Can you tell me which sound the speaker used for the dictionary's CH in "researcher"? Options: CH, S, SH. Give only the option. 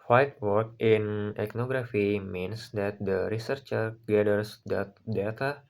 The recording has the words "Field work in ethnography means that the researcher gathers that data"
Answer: CH